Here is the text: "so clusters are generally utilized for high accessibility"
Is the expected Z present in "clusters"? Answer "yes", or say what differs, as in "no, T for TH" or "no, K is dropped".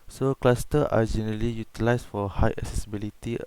no, Z is dropped